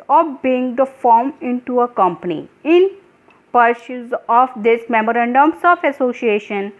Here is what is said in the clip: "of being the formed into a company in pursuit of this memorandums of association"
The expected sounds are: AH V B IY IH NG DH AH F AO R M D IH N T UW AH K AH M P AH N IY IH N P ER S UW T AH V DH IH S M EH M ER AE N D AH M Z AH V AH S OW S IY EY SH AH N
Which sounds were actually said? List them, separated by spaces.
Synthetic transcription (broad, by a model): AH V B IY IH NG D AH F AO R M IH N T UW AH K AH M P AH N IY IH N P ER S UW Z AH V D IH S M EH M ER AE N D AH M S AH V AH S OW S IY EY SH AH N